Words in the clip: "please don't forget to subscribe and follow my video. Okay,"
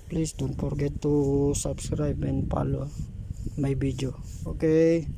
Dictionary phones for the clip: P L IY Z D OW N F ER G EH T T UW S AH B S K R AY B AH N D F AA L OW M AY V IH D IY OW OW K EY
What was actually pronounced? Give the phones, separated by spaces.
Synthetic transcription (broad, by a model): P L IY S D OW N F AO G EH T T UW S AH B S K R AY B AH N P AA L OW M AY B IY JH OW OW K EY